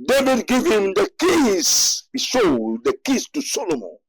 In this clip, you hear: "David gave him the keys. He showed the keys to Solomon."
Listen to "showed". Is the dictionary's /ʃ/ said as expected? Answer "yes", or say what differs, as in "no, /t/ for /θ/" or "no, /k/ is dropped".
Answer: no, /s/ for /ʃ/